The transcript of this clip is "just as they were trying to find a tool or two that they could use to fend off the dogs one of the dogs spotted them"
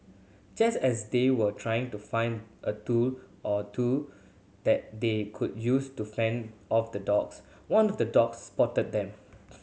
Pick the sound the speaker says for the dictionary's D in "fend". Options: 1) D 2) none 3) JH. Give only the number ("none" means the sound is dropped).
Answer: 1